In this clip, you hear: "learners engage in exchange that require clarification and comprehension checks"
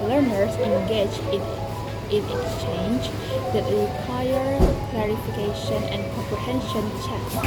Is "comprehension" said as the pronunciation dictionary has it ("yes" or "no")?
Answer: yes